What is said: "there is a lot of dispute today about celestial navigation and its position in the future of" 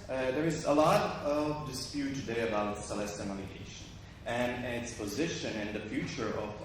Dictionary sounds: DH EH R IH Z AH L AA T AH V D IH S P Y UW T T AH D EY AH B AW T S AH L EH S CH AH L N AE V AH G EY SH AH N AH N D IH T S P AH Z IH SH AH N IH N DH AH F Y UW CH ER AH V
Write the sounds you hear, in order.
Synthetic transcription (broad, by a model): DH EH R IH Z AH L AA T AH V D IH S P Y UW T T AH D EY AH B AW T S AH L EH S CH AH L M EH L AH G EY SH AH N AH N IH T S P AH Z IH SH AH N IH N DH AH F Y UW CH ER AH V